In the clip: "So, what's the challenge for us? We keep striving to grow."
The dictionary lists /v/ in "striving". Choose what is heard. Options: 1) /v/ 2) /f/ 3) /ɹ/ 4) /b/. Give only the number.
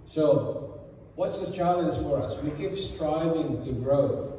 1